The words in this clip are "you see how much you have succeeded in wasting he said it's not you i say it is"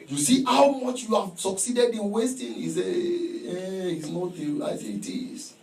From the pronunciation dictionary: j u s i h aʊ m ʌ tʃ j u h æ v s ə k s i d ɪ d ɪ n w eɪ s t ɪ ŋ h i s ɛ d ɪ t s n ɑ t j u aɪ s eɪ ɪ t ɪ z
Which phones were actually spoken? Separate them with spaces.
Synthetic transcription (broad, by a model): j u s i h aʊ m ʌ tʃ j u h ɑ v s ə k s i d ɪ d ɪ n w eɪ s t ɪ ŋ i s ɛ ɪ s n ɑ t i aɪ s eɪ ɪ t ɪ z